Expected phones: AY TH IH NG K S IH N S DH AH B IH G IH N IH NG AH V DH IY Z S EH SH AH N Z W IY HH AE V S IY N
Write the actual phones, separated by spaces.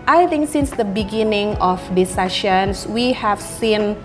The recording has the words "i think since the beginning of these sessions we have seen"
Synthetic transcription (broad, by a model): AY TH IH NG K S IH N S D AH B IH G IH N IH NG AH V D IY S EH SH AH N S W IY HH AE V S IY N